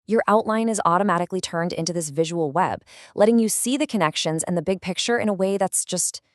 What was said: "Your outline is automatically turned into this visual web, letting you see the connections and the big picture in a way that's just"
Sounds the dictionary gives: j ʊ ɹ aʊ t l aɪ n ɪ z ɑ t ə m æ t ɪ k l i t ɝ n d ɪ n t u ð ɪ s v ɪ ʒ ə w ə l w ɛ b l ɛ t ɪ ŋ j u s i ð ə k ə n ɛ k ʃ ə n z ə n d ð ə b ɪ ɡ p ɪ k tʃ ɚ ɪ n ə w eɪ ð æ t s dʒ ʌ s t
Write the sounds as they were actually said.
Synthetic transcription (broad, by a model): j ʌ ɹ aʊ t l aɪ n ɪ z ɑ t ə m æ t ɪ k l i t ɝ n d ɪ n t u ð ɪ s v ɪ ʒ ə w l w ɛ b l ɛ t ɪ ŋ j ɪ s i ð ə k ə n ɛ k ʃ ə n z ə n ð ə b ɪ ɡ p ɪ k tʃ ɚ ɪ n ə w eɪ ð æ t s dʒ ʌ s t